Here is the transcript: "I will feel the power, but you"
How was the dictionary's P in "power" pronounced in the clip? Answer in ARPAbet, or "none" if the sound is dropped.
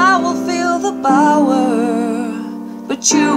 B